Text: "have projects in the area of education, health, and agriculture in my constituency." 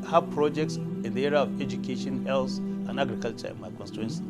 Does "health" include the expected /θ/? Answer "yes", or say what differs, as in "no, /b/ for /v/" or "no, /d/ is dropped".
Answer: no, /s/ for /θ/